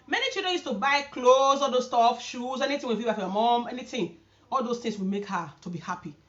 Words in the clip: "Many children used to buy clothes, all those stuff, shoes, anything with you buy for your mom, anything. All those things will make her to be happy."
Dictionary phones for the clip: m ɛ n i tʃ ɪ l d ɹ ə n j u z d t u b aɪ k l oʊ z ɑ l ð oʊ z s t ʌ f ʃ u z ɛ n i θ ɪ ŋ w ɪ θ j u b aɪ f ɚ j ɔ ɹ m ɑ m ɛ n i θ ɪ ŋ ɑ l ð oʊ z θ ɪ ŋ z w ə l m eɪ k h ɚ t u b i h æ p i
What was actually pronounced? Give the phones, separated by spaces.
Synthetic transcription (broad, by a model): m ɛ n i tʃ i l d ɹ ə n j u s t u b aɪ k l oʊ z ɑ l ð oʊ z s t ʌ f ʃ u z ɛ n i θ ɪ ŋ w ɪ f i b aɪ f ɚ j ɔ m ɑ m ɛ n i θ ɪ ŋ ɑ l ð oʊ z t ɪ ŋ s w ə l m eɪ k h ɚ t u b i h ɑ p i